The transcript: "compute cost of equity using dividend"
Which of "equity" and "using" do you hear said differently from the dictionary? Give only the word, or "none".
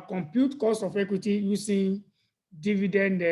using